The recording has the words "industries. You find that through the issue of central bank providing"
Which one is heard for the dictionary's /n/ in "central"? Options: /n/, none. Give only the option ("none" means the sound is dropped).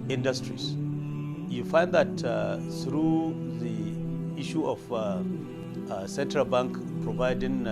/n/